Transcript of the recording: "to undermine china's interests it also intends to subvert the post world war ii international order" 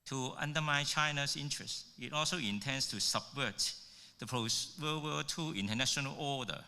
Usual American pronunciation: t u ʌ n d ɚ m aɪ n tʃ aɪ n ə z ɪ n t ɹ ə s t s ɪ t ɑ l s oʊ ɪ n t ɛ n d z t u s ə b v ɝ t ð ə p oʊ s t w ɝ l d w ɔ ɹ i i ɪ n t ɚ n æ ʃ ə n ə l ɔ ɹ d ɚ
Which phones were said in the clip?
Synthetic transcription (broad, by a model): t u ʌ n d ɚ m aɪ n tʃ aɪ n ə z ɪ n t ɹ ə s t ɪ t ɑ l s oʊ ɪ n t ɛ n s t u s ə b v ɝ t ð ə p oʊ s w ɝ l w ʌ l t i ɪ n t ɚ n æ ʃ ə n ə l ɔ d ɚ